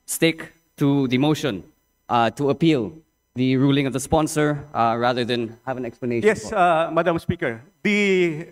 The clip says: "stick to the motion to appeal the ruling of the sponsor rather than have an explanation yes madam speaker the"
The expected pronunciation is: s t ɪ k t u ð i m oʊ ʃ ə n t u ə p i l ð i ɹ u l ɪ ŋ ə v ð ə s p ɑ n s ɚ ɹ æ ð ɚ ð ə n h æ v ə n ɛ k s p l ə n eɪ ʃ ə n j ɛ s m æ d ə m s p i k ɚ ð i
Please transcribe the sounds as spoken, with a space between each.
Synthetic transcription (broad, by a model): s t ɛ k t u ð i m oʊ ʃ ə n t u ə p i l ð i ɹ u l ɪ ŋ ə v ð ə s p ɑ n s ɚ ɹ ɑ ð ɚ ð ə n h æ v ə n ɛ k s p l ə n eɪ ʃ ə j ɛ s m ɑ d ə m s p i k ɚ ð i